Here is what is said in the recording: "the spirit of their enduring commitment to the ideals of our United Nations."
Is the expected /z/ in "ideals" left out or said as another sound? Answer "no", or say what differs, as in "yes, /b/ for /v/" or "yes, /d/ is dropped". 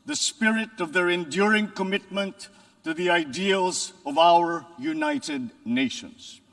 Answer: no